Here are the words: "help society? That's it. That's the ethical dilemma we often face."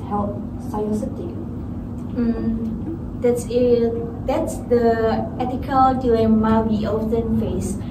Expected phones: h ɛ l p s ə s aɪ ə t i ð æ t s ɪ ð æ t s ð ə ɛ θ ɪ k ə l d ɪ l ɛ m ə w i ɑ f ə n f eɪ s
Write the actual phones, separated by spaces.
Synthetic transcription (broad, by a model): h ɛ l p s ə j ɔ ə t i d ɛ t s ɪ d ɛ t s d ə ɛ t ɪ k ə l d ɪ ɛ m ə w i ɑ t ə n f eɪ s